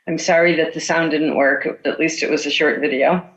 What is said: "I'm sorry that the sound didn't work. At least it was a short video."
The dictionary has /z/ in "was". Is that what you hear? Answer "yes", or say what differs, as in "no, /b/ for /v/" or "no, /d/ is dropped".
yes